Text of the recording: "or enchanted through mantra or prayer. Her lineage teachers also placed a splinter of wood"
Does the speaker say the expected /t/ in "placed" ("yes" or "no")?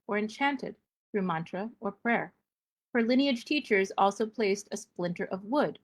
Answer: yes